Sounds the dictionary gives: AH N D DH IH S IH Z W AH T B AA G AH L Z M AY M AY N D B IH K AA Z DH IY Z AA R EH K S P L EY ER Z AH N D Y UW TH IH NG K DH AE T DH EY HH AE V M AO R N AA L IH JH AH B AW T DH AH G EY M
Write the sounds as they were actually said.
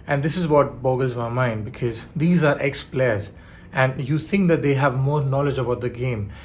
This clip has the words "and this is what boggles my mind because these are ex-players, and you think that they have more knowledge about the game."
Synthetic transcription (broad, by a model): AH N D IH S IH Z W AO T B AA G AH L Z M AY M AY N D B IH K AA Z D IY Z AA R EH K S P L EY ER Z AH N D Y UW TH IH NG K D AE T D EY HH AE V M AO R N AA L IH JH AH B AW T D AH G EY M